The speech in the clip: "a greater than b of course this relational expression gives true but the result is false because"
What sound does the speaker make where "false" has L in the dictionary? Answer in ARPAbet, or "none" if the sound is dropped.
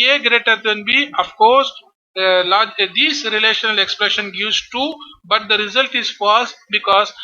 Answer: none